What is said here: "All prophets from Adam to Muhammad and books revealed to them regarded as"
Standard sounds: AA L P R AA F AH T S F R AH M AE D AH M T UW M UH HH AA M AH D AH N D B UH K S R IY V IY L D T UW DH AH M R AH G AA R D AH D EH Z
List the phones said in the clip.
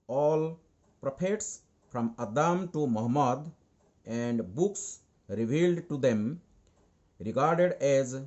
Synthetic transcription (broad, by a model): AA L P R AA P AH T S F R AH M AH D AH M T UW M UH HH M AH D AH N D B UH K S R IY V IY L D T UW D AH M R AH G AA R D AH D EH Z